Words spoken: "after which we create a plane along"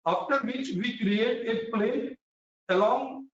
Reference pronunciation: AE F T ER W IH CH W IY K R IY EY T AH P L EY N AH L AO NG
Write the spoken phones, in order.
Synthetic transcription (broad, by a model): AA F T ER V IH CH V IY K R IY EY T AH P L EY AH L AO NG